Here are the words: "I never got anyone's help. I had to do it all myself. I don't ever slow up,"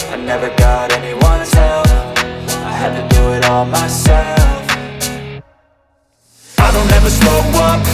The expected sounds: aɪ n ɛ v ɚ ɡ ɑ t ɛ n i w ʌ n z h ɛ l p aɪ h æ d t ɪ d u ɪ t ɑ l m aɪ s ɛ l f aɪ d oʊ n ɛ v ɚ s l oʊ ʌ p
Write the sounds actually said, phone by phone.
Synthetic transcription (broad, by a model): aɪ n ɛ v ɚ ɡ ɑ t ɛ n i w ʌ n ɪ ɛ l f aɪ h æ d t ɪ d u ɪ t ɑ l m aɪ s ɛ l f aɪ d oʊ n ɛ v ɚ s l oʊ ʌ